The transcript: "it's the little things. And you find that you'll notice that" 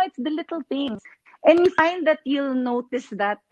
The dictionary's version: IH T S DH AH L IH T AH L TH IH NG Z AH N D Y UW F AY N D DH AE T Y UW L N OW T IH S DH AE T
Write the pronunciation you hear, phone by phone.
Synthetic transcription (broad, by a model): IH T S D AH L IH T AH L T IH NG AH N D Y UW F AY N D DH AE T Y UW L N OW T IH S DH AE T